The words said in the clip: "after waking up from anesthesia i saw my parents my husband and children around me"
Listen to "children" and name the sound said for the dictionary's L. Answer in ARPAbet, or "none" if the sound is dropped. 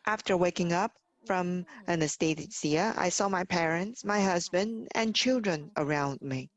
L